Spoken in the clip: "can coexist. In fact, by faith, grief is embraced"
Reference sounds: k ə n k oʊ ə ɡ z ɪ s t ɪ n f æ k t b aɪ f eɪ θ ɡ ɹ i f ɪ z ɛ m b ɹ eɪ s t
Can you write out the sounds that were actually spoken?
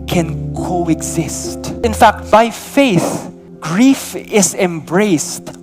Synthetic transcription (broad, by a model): k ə n k oʊ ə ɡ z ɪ s t ɪ n f æ k t b aɪ f eɪ θ ɡ ɹ i f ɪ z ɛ m b ɹ eɪ s t